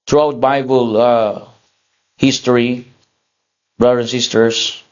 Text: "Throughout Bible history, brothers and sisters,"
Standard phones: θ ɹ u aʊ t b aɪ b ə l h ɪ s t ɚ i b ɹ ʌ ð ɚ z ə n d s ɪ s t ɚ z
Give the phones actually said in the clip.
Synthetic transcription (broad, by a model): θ ɹ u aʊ t b aɪ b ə l h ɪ s t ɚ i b ɹ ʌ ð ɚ ə n s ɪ s t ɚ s